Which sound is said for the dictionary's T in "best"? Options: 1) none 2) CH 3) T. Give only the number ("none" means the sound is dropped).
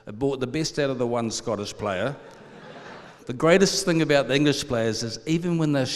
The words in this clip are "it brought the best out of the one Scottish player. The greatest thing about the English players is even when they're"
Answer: 3